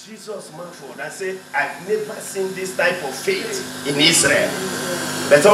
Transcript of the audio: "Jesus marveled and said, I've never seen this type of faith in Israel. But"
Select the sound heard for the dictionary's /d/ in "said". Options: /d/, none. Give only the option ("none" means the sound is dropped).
none